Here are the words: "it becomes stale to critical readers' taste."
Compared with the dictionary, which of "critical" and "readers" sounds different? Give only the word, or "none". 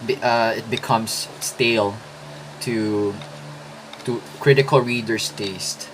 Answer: readers